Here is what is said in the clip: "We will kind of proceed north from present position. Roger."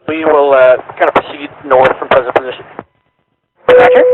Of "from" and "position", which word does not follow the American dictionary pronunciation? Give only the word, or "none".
none